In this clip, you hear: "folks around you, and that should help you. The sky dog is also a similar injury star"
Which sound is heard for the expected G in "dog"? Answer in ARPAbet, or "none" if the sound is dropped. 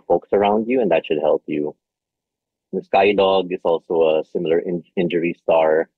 G